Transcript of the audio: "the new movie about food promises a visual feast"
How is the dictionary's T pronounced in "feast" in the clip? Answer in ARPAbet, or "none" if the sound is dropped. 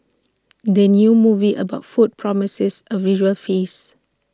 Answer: none